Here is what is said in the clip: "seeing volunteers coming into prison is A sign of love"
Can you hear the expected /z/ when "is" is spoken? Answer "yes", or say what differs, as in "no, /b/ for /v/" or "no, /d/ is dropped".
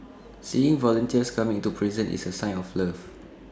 no, /s/ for /z/